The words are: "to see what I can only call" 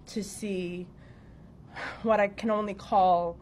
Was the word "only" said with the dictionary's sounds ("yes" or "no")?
yes